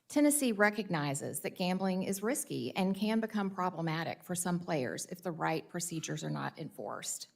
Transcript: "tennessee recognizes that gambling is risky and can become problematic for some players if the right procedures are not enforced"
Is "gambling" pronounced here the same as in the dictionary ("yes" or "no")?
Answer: yes